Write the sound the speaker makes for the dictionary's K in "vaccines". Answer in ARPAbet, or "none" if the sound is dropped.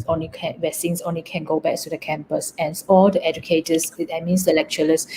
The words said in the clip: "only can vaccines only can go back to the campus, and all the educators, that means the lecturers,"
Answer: none